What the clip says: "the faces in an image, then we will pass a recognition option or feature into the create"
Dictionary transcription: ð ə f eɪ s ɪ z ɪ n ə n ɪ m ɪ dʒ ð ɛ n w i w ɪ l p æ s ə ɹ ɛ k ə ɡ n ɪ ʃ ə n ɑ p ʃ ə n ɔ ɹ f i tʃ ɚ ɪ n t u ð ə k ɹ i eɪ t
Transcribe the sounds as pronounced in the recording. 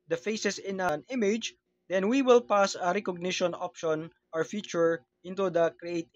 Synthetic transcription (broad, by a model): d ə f eɪ s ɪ s ɪ n ə n ɪ m ɪ dʒ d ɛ n w i w ɪ l p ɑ s ə ɹ ɛ k ə ɡ n ɪ ʃ ə n ɑ p ʃ ə n ɔ ɹ f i tʃ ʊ ɪ n t u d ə k ɹ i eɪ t